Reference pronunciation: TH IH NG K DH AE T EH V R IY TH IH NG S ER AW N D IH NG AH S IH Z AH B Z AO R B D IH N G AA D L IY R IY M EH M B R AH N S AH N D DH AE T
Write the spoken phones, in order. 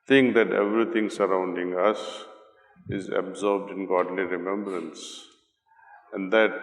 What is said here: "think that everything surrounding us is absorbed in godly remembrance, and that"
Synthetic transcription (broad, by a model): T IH NG K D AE T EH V R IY T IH NG S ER AW N D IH NG AH S IH Z AH B Z AO R B D IH N G AA D L IY R IY M EH M B R AH N S AH N D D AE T